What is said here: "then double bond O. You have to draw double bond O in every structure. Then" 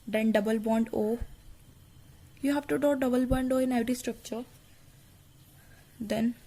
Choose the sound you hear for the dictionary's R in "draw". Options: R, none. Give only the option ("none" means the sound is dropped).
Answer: none